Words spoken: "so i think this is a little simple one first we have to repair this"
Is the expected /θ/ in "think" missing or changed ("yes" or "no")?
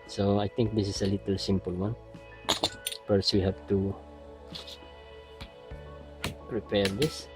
yes